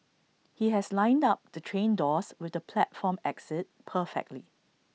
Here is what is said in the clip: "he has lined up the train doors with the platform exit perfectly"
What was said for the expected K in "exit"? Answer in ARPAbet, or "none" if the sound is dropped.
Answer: K